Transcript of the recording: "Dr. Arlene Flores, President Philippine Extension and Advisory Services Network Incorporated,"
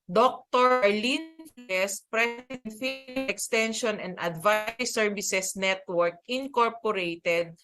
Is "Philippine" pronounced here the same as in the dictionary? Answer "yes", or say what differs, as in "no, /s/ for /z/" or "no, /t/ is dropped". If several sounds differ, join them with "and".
no, /n/ is dropped